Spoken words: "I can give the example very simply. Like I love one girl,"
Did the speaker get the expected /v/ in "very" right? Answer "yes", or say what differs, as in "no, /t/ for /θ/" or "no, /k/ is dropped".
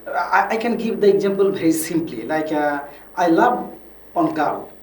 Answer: no, /b/ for /v/